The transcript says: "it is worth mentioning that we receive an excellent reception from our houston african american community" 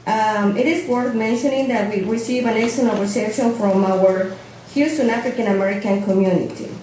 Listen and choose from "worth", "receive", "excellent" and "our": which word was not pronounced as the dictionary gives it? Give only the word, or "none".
excellent